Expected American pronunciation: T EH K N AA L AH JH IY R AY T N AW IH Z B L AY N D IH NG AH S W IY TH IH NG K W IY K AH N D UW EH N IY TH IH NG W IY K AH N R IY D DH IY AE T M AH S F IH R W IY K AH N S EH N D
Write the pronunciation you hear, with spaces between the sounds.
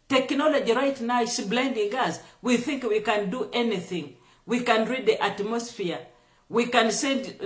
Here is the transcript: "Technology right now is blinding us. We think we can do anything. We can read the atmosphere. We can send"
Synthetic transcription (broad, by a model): T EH K N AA L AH JH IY R AY T N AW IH S B L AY N D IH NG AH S W IY TH IH NG K W IY K AH N D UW EH N IY TH IH NG W IY K AH N R IY D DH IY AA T M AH S F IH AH W IY K AH N S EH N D